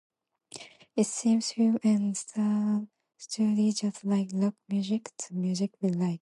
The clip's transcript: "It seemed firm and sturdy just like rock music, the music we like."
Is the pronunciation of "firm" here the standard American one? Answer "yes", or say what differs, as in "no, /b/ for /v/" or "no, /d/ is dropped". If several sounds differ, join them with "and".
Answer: no, /m/ is dropped